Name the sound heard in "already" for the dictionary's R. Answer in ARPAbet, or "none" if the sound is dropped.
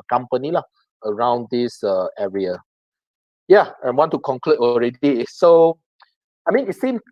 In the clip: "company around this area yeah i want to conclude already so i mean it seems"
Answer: R